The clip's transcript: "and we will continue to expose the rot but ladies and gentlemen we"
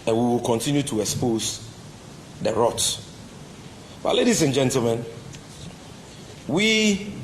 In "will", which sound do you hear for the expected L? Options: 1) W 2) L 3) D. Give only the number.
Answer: 2